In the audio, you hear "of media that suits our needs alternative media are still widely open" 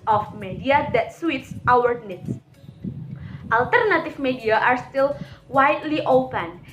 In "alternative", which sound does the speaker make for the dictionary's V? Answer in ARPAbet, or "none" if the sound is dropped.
F